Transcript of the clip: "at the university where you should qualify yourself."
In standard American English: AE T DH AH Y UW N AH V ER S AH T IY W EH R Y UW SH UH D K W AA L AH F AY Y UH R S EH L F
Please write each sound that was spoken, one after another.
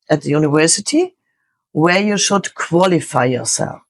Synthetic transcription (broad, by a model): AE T DH AH Y UW N AH V ER S AH T IY W EH R Y UW SH UH D K W AA L AH F AY Y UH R S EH L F